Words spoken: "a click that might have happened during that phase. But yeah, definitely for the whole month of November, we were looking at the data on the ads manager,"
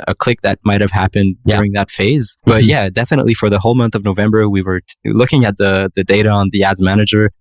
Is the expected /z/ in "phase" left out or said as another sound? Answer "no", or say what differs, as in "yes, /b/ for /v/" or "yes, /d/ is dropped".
no